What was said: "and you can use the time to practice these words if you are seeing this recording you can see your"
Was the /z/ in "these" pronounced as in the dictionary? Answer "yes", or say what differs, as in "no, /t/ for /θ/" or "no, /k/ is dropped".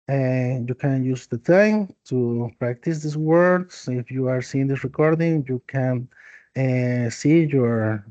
no, /s/ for /z/